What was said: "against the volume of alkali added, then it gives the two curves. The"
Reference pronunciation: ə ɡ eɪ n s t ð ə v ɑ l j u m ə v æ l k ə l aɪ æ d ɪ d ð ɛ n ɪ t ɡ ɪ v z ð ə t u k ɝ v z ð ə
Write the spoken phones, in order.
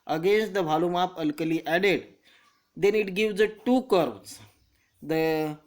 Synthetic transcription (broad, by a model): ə ɡ eɪ n s t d ə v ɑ l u m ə p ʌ l k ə l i æ d ɪ d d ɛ n ɪ t ɡ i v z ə t u k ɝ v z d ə